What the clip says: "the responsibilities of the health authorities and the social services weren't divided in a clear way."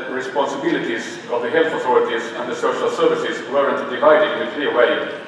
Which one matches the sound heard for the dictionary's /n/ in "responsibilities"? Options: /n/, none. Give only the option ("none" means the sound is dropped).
/n/